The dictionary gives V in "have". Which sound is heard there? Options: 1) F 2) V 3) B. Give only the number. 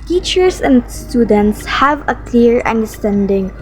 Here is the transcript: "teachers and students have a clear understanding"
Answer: 2